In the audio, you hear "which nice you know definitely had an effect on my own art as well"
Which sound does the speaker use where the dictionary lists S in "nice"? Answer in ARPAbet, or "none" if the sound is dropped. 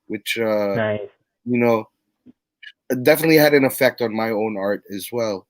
none